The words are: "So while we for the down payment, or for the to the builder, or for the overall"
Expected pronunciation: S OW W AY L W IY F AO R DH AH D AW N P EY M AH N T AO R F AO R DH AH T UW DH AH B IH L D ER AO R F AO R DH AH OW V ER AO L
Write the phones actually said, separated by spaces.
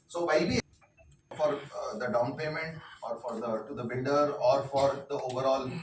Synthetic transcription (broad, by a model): S OW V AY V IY F AO R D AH D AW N P EY M AH N T AO R F AO R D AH T UW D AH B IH N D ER AO R F AO R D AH OW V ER AO L